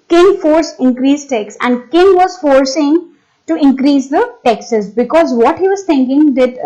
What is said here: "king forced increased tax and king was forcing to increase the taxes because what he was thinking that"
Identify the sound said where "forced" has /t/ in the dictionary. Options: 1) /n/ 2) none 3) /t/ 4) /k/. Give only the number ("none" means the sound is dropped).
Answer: 2